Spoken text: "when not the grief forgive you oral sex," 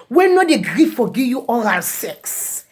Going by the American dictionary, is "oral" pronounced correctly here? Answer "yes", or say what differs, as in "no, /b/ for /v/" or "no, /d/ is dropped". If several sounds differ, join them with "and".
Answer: no, /l/ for /ɹ/